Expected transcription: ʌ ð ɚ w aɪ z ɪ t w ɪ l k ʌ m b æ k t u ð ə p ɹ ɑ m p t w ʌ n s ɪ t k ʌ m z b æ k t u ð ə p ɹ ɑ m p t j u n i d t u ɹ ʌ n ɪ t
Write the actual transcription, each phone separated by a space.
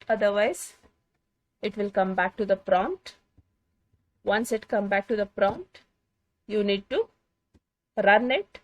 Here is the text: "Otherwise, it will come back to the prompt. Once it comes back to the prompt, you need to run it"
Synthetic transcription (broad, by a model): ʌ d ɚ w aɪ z ɪ t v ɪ l k ʌ m b æ k t u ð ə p ɹ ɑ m t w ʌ n s ɪ t k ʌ m b æ k t u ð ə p ɹ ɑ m t j u n i d t u ɹ ʌ n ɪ t